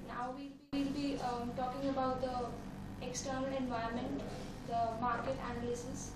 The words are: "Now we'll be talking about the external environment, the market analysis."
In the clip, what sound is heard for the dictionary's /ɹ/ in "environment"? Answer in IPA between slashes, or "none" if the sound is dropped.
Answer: none